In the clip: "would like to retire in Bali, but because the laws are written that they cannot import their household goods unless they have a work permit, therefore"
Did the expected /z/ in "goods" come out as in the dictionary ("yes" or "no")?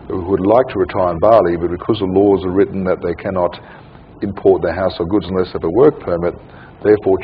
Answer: yes